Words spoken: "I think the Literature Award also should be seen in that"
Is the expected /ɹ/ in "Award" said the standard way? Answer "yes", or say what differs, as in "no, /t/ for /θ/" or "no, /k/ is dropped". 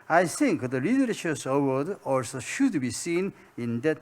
no, /w/ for /ɹ/